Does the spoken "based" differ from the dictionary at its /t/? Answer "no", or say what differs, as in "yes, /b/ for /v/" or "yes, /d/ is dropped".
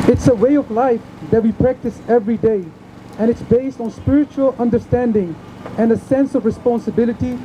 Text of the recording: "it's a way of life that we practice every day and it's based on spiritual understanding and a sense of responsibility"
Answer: no